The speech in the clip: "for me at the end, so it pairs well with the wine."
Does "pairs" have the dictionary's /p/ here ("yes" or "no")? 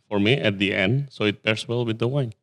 no